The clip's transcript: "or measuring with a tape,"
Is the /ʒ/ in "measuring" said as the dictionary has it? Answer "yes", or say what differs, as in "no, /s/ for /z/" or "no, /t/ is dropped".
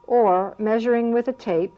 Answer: yes